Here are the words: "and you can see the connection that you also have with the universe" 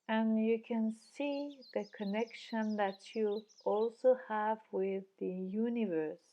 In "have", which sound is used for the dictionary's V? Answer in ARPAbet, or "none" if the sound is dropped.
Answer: V